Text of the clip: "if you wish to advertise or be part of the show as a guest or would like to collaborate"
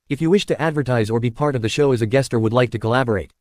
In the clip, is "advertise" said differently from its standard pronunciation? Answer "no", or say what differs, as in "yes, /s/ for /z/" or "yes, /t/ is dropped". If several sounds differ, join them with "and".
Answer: no